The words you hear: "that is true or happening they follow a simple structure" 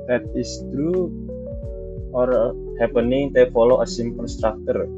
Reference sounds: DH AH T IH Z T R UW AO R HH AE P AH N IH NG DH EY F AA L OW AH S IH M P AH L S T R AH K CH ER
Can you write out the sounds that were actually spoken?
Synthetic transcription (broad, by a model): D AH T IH S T R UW AO R HH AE P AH N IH NG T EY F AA L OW AH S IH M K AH N S T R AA K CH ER